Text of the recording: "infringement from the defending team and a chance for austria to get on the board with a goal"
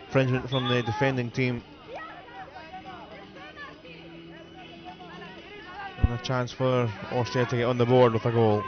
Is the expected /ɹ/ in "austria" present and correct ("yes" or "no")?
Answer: no